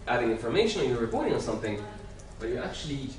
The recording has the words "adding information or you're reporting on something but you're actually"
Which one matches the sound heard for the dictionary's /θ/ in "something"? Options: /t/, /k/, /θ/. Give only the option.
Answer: /θ/